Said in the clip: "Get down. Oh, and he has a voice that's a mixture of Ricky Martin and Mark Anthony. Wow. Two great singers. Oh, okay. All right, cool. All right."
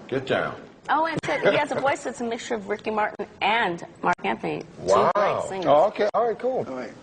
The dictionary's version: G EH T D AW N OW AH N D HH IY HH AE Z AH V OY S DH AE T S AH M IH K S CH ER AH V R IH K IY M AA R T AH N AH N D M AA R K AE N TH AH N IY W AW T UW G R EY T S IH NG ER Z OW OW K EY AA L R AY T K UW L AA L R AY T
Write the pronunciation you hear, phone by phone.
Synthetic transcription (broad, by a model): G EH T D AW N OW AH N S HH IY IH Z AH V OY S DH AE T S AH M IH K S CH ER AH V R IH K IY M AA R T N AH N M AA R K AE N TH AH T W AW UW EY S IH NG OW OW K EY AA L R AY T K UW L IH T